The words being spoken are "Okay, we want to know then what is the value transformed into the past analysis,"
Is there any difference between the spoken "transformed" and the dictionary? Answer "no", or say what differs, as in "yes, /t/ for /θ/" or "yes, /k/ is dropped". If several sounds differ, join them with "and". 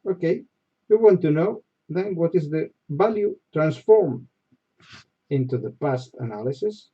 yes, /d/ is dropped